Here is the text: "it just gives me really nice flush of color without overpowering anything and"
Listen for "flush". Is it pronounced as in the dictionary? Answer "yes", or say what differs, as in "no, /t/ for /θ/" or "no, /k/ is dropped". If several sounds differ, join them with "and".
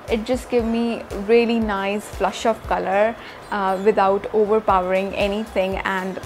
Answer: yes